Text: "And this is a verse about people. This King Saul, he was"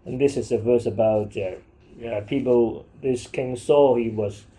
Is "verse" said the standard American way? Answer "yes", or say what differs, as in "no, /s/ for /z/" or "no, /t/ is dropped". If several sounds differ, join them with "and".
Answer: yes